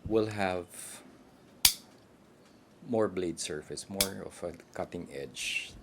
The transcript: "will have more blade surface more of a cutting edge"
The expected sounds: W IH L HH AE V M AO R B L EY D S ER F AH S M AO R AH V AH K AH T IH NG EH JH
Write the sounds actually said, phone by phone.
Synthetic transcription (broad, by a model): W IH L HH AE V M AO R B L EY D S ER F AH S M AO R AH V AH K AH T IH NG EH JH